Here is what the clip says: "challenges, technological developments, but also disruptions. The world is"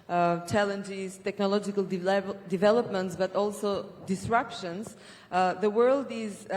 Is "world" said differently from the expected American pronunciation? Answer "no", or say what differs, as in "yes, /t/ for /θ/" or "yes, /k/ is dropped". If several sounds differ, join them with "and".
no